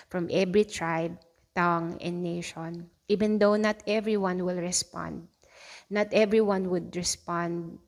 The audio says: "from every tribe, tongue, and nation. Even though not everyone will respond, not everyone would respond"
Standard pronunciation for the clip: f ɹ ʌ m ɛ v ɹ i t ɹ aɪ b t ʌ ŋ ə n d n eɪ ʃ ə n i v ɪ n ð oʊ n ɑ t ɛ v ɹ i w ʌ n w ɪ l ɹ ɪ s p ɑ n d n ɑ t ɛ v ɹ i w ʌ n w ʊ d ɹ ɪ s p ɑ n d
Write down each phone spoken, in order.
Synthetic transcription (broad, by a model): f ɹ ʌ m ɛ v ɹ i t ɹ aɪ b t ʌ ŋ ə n n eɪ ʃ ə n i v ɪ n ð oʊ n ɑ t ɛ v ɹ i w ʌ n w ɪ l ɹ ɪ s p ɑ n d n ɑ t ɛ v ɹ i w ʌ n w ʊ d ɹ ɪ s p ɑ n d